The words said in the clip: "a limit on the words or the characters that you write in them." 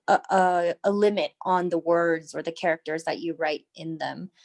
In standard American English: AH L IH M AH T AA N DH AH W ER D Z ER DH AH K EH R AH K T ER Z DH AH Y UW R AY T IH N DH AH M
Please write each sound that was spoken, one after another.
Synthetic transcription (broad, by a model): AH L IH M AH T N DH AH W ER D Z ER DH AH K EH R AH K T ER Z DH AH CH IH R AY T IH N DH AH M